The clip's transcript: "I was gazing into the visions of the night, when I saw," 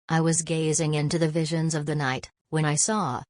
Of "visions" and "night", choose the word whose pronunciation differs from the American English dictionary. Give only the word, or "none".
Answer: none